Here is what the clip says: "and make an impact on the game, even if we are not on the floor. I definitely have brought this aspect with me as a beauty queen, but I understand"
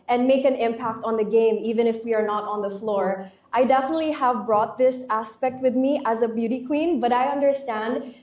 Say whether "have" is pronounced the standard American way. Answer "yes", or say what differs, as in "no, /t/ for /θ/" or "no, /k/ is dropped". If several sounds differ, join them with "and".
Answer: yes